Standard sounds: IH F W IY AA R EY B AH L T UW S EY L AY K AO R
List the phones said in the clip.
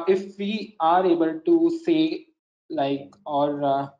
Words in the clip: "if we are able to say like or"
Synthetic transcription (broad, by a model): IH F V IY AA R EY B AH L T UW S EY L AY K AO R